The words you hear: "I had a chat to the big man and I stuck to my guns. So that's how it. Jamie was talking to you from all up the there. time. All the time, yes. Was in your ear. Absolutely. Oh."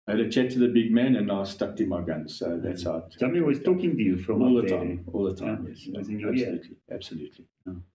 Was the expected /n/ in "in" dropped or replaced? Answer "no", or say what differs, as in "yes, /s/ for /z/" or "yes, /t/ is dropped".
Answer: yes, /l/ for /n/